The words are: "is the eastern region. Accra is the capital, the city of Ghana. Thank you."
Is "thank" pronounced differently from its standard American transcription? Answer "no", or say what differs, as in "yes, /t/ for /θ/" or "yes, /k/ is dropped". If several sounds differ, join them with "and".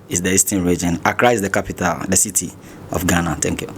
yes, /t/ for /θ/